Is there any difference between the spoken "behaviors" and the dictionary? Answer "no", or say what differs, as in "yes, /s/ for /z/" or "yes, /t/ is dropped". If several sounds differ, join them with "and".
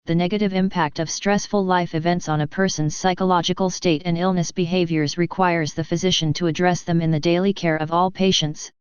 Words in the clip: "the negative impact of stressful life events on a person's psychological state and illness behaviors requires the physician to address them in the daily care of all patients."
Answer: no